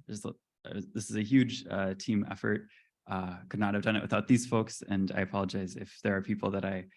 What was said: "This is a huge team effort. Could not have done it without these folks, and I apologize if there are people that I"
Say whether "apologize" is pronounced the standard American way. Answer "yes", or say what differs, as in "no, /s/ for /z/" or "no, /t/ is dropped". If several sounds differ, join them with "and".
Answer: yes